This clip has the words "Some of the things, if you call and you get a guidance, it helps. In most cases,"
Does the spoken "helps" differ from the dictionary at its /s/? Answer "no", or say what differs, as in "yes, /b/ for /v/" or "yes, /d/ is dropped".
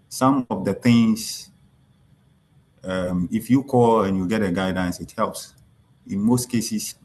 no